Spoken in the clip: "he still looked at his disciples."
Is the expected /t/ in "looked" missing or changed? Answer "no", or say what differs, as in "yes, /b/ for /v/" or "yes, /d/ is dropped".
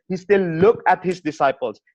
yes, /t/ is dropped